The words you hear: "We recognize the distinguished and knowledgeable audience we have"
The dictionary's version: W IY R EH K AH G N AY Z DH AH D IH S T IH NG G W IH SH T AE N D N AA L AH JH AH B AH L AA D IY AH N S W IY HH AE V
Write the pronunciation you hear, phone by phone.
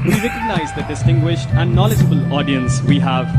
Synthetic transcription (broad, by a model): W IY R EH K AH G N AY Z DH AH D IH S T IH NG G W IH SH T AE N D N AA L AH JH AH B AH L AA D IY AH N S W IY HH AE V